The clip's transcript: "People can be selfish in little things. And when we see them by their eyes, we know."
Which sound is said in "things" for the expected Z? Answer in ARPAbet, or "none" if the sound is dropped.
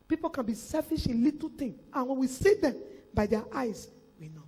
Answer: none